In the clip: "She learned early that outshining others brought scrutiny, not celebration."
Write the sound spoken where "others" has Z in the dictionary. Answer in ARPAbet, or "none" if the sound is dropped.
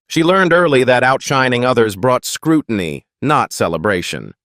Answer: Z